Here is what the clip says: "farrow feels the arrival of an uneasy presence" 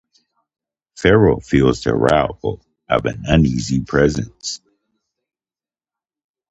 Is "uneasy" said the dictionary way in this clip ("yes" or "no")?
yes